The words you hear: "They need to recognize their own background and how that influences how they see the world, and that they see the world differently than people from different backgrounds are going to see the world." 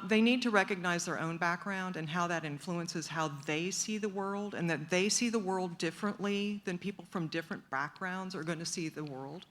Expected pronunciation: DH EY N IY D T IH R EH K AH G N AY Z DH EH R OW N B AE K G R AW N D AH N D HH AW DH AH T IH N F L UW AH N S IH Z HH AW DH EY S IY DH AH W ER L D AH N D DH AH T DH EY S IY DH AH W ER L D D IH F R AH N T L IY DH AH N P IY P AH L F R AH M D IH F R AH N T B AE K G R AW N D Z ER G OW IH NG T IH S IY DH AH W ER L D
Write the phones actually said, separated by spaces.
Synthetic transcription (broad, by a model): DH EY N IY D T IH R EH K AH G N AY Z DH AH R OW N B AE K G R AW N D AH N HH AW DH AH T IH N F L UW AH N S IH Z HH AW DH EY S IY DH AH W ER L D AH N DH AH T DH EY S IY DH AH W ER L D D IH F R AH N T L IY DH AH N P IY P L F R AH M D IH F R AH N B AE K G R AW N D Z ER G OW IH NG T IH S IY DH AH W ER L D